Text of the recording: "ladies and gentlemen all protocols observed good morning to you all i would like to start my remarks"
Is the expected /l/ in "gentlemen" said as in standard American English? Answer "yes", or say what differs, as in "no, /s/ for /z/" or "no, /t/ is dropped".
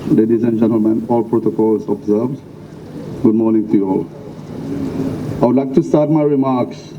yes